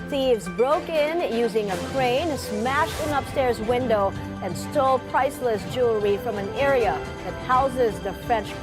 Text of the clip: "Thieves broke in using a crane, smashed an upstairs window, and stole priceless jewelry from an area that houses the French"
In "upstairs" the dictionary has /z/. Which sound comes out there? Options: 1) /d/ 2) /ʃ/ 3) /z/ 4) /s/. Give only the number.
3